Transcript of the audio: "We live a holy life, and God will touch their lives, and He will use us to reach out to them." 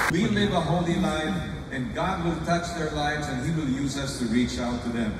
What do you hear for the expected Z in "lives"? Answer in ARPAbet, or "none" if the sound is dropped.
Z